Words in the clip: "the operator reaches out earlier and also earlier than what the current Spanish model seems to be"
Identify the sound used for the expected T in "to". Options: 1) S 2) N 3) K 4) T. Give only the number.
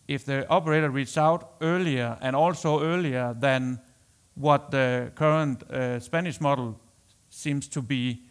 4